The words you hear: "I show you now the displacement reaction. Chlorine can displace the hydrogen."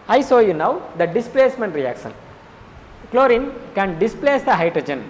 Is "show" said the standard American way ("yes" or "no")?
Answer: no